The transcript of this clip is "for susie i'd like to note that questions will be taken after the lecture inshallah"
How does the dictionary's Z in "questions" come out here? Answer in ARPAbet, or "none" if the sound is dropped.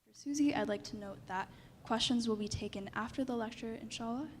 Z